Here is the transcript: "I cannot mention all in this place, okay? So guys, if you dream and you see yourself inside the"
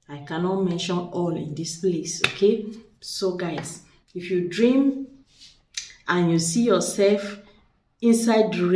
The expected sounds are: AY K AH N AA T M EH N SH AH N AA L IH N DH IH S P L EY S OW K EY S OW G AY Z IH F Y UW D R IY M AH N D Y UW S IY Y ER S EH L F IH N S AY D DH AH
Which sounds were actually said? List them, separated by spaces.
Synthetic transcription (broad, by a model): AY K AH N AA T M EH N SH AH N AA L IH N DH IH S P L EY S OW K EY S OW G AY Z IH F Y UW D R IY M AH N Y UW S IY Y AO S EH L F IH N S AY D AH